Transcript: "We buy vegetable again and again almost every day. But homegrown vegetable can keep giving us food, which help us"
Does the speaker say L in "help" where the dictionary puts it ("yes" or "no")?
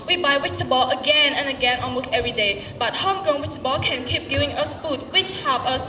no